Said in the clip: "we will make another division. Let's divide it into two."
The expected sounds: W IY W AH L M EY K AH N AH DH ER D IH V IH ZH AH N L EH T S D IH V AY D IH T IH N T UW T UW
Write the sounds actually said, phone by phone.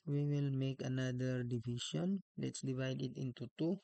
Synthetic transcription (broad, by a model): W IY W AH L M EY K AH N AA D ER D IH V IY SH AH N L EH T S D IH V AY D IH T IH N T UW T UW